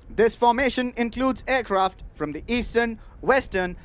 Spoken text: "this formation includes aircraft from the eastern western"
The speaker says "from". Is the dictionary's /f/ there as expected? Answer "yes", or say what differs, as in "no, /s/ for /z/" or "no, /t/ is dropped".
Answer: yes